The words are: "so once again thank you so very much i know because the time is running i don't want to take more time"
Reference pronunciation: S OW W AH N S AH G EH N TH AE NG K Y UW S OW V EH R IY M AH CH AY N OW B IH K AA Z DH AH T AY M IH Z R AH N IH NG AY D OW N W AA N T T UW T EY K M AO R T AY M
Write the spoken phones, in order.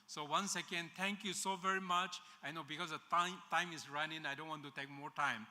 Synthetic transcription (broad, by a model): S OW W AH N S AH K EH N T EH NG K Y UW S OW V EH R IY M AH CH AY N OW B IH K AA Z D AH T AY M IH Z R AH N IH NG AY D OW N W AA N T T UW T EY K M AO R T AY M